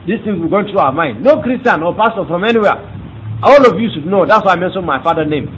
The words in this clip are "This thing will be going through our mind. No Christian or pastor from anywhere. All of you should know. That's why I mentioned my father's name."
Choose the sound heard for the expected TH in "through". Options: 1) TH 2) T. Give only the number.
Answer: 2